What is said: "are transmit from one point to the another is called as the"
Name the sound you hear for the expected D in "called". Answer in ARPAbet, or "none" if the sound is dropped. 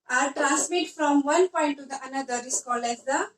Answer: none